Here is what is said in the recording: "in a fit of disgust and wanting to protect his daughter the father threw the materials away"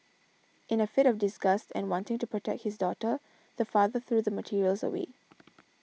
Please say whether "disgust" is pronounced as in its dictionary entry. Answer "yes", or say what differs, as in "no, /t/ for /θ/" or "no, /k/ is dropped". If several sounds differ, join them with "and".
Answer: yes